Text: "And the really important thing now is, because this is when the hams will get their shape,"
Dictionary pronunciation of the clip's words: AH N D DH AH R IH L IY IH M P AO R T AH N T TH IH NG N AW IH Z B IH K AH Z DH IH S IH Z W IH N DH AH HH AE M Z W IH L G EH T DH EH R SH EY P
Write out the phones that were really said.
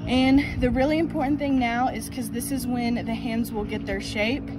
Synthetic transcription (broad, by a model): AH N DH AH R IH L IY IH M P AO R T N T TH IH NG N AW IH Z K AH Z DH IH S IH Z W IH N DH AH HH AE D Z W IH L G EH T DH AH R SH EY P